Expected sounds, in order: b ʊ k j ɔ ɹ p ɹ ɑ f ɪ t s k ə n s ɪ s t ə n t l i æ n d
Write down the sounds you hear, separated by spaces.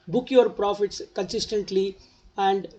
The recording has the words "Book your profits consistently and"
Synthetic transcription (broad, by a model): b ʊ k j ɔ ɹ p ɹ ɑ f ɪ t s k ə n s ɪ s t ə n t l i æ n d